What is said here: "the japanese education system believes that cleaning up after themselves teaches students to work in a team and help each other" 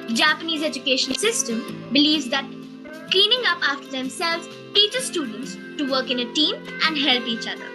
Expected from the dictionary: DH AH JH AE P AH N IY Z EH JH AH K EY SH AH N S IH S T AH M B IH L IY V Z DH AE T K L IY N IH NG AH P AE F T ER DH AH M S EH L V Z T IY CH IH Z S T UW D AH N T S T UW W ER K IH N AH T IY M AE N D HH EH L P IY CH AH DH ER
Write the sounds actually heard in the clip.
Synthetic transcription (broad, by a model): JH AE P AH N IY Z EH JH AH K EY SH AH N S IH S T AH M B IH L IY V Z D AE T K L IY N IH NG AH P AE F T ER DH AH M S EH L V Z T IY CH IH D S T UW D AH N T S T UW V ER K IH N AH T IY M AE N D HH EH L P IY CH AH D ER